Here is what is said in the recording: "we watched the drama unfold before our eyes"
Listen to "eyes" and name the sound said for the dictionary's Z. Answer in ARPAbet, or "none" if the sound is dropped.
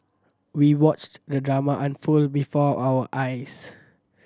S